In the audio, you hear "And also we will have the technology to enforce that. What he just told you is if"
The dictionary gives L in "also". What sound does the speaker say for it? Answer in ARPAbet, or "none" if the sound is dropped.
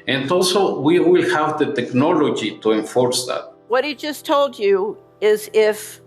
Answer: L